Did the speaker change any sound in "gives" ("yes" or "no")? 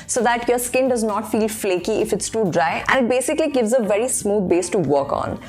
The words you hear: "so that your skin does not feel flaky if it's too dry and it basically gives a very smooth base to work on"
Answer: no